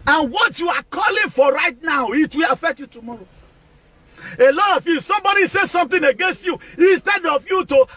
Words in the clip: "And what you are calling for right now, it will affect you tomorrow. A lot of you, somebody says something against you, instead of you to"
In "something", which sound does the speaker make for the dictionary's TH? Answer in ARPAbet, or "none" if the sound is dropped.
T